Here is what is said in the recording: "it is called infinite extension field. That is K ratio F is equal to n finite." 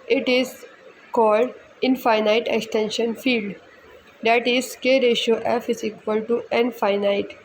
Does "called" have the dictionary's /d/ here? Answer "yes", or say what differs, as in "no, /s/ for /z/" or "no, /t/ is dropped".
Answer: yes